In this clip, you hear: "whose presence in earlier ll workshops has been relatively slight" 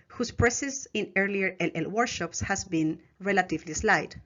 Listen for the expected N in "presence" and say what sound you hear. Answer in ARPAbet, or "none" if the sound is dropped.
none